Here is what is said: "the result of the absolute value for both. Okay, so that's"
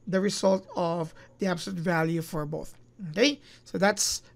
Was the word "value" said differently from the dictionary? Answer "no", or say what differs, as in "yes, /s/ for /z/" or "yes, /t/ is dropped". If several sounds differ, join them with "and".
no